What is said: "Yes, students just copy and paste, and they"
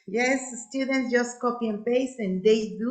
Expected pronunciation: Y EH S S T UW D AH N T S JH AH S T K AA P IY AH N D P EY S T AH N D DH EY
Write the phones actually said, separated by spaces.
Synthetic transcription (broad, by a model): Y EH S S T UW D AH N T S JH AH S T K AA P IY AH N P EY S AH N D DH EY